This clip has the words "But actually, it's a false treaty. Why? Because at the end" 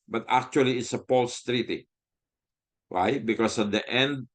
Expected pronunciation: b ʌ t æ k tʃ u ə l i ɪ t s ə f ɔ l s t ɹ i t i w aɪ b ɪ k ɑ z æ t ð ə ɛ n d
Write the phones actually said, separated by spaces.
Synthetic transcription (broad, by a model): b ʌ t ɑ k tʃ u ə l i ɪ t s ə p ɔ l s t ɹ i t i w aɪ b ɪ k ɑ s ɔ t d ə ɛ n d